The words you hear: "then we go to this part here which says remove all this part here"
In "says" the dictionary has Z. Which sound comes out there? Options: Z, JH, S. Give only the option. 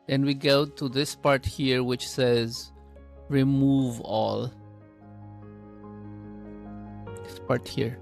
Z